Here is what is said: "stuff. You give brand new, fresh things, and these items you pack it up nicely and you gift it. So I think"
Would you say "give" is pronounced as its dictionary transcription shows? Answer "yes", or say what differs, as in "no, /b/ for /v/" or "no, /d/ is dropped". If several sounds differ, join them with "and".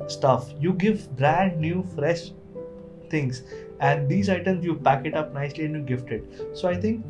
yes